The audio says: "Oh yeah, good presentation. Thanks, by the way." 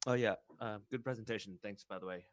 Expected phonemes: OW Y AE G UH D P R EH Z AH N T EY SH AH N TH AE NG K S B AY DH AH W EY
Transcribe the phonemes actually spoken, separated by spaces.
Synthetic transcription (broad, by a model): OW Y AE G UH D P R EH Z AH N T EY SH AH N TH AE NG K S B AY DH AH W EY